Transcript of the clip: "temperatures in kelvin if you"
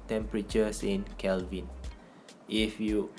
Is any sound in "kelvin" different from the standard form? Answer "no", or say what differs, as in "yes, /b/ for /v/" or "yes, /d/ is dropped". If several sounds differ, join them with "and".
no